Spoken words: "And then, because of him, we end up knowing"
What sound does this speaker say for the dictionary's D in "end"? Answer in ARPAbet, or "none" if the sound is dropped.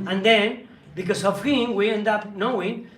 D